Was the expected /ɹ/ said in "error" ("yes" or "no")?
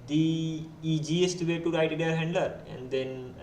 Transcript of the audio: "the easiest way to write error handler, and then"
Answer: no